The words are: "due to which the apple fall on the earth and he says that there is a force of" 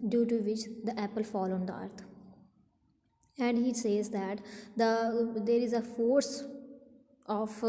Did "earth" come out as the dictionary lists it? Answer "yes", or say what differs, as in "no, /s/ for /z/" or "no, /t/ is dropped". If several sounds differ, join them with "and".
no, /t/ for /θ/